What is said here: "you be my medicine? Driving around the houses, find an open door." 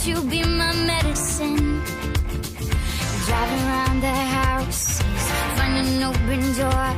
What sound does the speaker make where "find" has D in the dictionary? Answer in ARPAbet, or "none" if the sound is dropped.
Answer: none